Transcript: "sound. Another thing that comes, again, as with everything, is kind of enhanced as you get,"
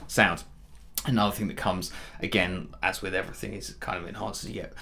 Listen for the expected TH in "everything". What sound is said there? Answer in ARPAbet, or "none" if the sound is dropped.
TH